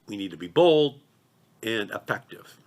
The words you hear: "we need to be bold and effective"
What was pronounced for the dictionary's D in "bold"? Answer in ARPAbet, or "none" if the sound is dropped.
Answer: D